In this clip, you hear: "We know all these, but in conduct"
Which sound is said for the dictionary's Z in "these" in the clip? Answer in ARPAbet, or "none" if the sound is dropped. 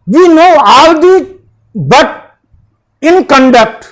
none